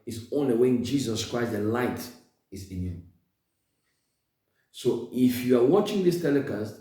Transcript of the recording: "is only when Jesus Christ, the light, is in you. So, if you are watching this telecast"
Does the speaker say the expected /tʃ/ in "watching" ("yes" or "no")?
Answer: yes